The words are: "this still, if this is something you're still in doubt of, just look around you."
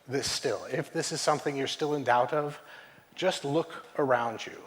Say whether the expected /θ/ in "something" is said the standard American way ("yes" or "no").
yes